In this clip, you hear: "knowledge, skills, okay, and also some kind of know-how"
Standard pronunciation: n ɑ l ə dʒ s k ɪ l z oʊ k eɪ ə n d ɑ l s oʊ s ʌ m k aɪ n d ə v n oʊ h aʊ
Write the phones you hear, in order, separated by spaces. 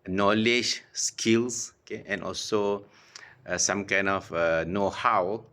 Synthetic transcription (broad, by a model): n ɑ l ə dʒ s k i l s oʊ k eɪ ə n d ɑ l s oʊ s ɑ m k aɪ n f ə n oʊ h aʊ